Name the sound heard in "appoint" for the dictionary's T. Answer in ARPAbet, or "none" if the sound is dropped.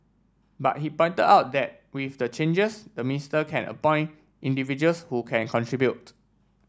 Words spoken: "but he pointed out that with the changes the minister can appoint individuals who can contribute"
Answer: T